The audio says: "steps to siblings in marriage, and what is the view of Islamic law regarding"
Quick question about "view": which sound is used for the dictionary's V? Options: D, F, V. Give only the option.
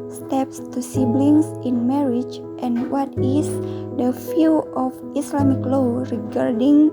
F